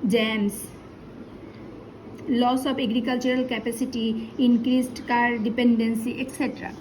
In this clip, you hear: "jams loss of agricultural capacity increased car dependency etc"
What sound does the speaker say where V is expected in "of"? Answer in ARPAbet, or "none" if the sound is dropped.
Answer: B